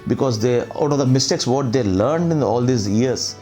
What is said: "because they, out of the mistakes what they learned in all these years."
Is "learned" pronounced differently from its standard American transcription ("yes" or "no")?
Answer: no